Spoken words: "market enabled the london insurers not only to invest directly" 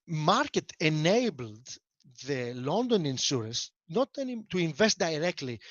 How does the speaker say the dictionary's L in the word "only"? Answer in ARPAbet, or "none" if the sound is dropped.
none